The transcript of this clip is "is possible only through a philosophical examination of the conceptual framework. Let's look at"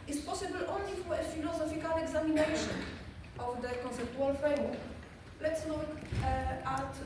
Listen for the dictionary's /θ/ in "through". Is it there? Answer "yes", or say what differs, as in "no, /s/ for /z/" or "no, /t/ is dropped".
no, /f/ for /θ/